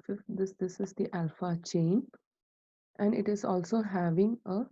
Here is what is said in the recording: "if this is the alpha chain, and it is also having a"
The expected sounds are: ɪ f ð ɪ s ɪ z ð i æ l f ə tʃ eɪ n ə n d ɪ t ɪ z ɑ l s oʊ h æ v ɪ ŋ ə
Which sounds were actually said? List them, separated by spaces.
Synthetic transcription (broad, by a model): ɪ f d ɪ s ɪ z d i æ l f ə tʃ eɪ n ə n d ɪ t ɪ z ɑ l s oʊ h æ v ɪ ŋ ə